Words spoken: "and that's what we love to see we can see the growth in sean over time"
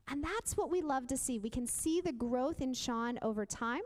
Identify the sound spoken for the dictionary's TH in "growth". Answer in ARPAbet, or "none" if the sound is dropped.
TH